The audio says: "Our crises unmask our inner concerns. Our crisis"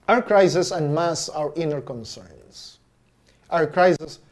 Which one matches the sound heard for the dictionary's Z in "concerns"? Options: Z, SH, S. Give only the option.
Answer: S